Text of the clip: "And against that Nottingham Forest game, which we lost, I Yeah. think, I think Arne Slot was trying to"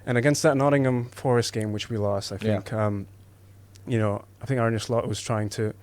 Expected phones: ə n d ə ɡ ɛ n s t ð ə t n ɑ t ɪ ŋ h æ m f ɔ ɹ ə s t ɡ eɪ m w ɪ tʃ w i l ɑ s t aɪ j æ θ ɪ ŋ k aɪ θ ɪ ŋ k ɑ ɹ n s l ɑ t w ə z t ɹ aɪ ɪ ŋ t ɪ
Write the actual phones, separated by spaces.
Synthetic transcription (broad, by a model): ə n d ə ɡ ɛ n s t ð ə t n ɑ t ɪ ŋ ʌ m f ɔ ɹ ə s t ɡ eɪ m w ɪ tʃ w i l ɑ s t aɪ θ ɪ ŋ k aɪ θ ɪ ŋ k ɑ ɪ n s l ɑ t w ə z t ɹ aɪ ɪ ŋ t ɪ